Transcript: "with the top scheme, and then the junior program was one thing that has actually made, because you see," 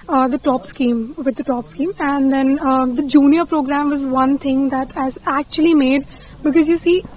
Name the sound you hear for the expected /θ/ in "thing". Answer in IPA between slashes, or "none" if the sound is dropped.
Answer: /t/